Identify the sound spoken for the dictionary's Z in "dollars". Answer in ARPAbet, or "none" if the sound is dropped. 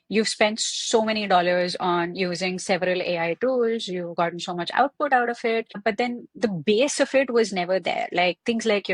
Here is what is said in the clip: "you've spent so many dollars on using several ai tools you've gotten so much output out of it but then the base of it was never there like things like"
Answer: Z